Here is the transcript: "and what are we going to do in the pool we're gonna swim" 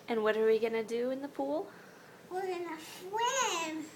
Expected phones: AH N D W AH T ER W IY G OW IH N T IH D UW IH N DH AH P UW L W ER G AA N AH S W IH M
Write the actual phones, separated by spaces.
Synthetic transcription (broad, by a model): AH N W AH T ER W IY G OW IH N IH D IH IH N DH AH P UW L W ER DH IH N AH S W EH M